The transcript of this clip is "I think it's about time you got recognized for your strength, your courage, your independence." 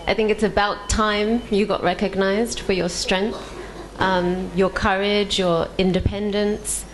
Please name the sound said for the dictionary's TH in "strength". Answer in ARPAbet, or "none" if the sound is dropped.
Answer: TH